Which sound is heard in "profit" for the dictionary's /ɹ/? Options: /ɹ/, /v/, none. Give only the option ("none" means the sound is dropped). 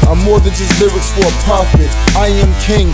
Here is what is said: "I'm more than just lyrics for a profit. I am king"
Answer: none